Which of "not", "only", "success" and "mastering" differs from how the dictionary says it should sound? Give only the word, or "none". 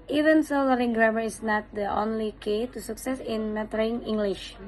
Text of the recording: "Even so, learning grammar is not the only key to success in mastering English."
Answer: mastering